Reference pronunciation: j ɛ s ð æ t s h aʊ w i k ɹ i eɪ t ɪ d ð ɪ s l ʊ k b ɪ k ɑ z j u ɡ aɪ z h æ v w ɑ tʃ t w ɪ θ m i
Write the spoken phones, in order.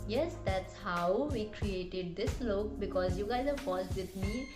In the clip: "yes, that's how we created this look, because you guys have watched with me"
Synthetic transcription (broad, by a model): j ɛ s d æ t s h aʊ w i k ɹ i eɪ t ɪ d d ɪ s l ʊ k b ɪ k ɑ z j u ɡ aɪ z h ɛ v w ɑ s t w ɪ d m i